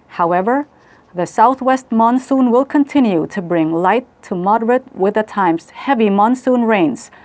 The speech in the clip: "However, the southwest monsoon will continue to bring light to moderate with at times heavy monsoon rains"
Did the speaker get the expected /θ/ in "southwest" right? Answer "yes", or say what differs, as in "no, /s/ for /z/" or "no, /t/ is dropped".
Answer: yes